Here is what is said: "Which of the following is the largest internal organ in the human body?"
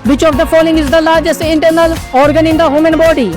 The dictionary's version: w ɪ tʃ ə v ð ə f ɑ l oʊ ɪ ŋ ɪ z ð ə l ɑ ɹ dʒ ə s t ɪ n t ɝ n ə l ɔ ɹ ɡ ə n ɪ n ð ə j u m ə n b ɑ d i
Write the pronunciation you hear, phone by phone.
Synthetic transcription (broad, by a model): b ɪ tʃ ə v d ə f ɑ l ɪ ŋ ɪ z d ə l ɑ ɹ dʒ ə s ɪ n t ɝ n ə l ɔ ɹ ɡ ə n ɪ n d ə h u m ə n b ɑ d i